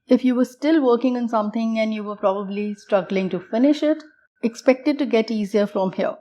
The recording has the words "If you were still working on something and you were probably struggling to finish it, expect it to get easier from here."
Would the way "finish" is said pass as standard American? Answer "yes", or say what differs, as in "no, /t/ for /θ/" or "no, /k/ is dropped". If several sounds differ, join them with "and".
yes